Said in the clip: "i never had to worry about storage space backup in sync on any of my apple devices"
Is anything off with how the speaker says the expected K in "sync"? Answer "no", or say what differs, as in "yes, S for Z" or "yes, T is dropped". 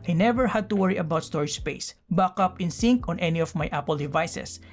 no